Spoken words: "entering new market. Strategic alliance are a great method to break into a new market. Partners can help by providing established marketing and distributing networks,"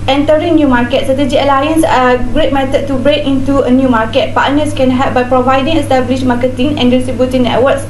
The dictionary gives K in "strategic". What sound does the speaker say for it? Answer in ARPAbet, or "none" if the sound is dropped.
none